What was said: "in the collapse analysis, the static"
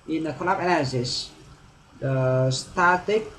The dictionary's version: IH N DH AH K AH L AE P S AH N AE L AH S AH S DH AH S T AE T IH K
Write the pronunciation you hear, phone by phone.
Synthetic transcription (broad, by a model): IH N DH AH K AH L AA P AH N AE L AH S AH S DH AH S T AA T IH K